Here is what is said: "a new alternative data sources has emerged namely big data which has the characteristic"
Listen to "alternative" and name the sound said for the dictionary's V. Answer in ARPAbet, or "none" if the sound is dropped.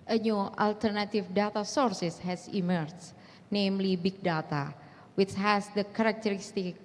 F